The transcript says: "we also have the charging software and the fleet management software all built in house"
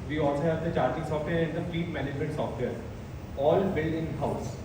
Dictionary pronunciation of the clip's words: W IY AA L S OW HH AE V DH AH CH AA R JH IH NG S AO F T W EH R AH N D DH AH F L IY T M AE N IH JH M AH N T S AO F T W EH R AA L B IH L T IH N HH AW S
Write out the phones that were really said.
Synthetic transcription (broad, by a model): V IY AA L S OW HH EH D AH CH AA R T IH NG S AO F T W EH R AH N D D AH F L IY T M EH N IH JH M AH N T S AO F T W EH R AA L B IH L IH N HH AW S